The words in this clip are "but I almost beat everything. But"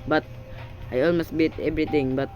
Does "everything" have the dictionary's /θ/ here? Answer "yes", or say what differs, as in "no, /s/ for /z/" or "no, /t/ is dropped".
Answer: no, /t/ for /θ/